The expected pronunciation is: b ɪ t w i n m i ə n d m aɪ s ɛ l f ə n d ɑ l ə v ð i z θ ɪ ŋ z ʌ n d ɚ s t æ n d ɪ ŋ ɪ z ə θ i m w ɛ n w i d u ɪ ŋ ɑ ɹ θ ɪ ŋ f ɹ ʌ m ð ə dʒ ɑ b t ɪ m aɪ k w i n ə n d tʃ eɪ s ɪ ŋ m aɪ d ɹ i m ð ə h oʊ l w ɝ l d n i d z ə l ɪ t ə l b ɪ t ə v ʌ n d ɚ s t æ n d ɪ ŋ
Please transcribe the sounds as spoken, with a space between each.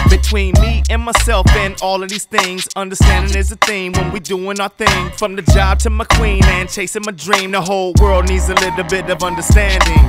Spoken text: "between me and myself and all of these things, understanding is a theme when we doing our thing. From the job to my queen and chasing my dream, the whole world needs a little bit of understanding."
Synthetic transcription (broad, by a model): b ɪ t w i n m i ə n m aɪ s ɛ l f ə n ɑ l ə v ð i z θ ɪ ŋ z ʌ n d ɚ s t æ n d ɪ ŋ ɪ z ə θ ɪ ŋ w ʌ n w i d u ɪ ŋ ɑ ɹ θ ɪ ŋ f ɹ ʌ m ð ə dʒ ɑ b t ɪ m aɪ k w i n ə n tʃ eɪ s ɪ ŋ m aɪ d ɹ i m ð ə h oʊ l w ɝ l d n i d z ə l ɪ t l b ɪ t ə v ʌ n d ɚ s t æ n d ɪ ŋ